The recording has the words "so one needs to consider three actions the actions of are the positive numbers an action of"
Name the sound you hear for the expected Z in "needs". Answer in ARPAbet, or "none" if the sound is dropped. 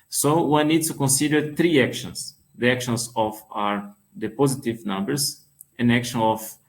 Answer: none